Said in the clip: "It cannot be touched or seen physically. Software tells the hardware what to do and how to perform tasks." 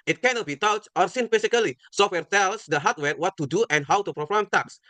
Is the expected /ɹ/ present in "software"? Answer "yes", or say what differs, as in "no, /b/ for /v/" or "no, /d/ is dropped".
yes